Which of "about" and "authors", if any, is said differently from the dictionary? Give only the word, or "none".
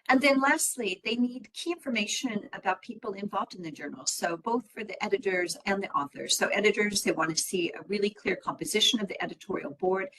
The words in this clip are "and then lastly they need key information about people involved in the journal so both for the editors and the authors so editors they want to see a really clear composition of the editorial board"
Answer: none